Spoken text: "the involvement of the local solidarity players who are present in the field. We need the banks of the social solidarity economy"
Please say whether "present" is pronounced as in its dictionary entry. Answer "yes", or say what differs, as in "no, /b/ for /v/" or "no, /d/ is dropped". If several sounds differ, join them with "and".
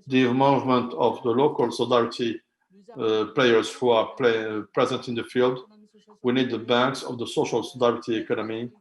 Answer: yes